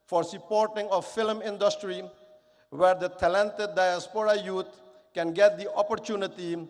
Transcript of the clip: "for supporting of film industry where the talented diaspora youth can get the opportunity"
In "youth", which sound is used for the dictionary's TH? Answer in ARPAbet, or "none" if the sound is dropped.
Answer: T